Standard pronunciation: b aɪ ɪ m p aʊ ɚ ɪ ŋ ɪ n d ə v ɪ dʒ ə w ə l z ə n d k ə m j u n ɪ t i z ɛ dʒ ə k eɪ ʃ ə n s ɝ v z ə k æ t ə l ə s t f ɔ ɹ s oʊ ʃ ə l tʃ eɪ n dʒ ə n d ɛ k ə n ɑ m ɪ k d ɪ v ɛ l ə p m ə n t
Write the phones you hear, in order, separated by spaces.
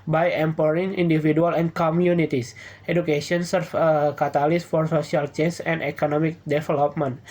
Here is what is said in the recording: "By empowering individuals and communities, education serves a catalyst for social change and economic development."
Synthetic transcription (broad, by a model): b aɪ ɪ m p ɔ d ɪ ŋ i n d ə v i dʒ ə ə l ə n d k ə m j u n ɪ t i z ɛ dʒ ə k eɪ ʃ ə n s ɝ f ə k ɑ t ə l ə s f ɔ ɹ s oʊ s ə l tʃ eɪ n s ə n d ɛ k ə n ɑ m ɪ k d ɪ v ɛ l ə p m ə n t